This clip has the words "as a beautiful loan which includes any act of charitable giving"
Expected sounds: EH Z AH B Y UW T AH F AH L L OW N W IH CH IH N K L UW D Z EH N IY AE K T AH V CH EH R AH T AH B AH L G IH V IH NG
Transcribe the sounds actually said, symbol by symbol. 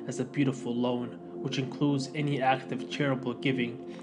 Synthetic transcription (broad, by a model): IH Z AH B Y UW T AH F L L OW N W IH CH IH N K L UW D Z EH N IY AE K T AH V CH EH R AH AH B L G IH V IH NG